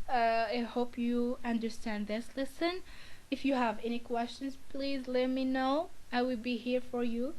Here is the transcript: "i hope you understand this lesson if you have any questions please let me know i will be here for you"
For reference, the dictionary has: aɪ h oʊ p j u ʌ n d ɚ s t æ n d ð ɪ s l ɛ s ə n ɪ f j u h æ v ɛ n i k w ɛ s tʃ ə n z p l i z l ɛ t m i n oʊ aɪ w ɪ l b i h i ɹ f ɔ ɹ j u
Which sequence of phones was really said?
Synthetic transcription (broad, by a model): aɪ h oʊ p j u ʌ n d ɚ s t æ n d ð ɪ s l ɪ s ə n ɪ f j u h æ v ɛ n i k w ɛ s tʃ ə n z p l i z l ɛ t m i n oʊ aɪ w ɪ l b i h i ɹ f ɔ ɹ j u